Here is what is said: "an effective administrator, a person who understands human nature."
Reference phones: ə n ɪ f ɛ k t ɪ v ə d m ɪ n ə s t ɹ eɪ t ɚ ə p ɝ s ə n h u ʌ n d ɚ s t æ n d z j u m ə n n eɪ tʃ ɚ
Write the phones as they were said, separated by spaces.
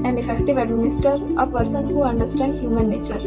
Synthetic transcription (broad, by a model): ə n ɪ f ɛ k t ɪ v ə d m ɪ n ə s t ʌ t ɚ ə p ɝ s ə n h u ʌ n d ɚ s t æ n d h j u m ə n n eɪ tʃ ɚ